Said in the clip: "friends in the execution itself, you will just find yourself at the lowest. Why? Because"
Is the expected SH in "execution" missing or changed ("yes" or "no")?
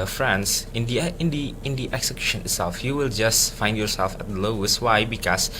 no